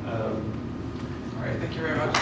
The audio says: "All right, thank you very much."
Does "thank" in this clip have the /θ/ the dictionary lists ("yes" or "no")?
yes